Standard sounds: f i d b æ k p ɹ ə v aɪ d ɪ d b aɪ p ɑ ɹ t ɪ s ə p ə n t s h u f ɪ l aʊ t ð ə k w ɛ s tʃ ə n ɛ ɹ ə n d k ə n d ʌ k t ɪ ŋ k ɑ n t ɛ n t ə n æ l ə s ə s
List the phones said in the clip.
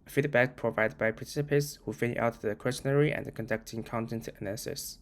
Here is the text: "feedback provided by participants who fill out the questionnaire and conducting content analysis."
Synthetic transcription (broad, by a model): f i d b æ k p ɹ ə v aɪ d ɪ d b aɪ p ɑ ɹ t ɪ s ə p ə n t s h u f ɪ n aʊ t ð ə k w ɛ s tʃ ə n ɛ ɹ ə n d k ə n d ʌ k t ɪ ŋ k ɑ n t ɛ n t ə n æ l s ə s